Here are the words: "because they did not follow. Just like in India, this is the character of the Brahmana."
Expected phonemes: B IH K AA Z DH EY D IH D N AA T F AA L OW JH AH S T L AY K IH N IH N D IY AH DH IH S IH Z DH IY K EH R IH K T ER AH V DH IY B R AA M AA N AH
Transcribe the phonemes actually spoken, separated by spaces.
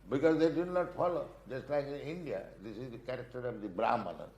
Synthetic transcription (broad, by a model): B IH K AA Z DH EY D IH D N AA T F AA L OW JH AH S T L AY K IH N IH N D IY AH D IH S IH Z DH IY K EH R IH K T ER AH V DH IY B R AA M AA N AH